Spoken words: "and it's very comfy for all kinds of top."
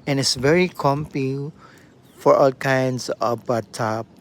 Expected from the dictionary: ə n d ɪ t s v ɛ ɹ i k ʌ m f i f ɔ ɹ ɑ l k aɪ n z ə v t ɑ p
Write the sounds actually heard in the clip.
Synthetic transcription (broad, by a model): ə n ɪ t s v ɛ ɹ i k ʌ m p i f ɔ ɹ ɑ l k aɪ n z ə b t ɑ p